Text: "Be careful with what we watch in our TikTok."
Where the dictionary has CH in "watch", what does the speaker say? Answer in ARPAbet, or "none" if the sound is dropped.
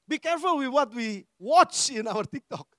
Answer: CH